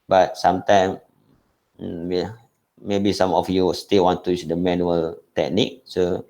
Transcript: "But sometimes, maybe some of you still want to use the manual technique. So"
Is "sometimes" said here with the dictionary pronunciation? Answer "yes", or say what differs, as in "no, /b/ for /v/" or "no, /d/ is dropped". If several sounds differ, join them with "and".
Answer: no, /z/ is dropped